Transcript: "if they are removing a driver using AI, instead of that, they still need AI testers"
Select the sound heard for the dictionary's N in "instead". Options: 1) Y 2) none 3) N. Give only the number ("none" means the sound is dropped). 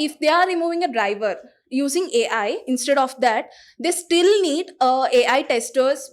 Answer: 3